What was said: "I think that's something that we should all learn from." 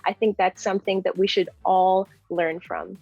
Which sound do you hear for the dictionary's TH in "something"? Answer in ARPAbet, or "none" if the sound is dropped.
TH